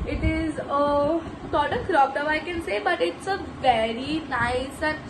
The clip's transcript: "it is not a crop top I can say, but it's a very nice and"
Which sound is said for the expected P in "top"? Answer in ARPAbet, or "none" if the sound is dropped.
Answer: F